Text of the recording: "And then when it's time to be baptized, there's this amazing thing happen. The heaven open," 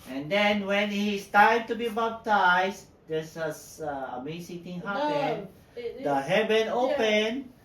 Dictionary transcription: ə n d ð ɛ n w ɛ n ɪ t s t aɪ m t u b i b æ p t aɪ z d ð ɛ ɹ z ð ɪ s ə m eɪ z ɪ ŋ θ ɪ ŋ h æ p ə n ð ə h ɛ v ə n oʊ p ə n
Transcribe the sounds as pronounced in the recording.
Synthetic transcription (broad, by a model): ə n d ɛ n w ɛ n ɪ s t aɪ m t u b i b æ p t aɪ s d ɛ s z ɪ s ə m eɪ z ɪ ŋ t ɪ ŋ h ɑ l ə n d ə h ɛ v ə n oʊ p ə n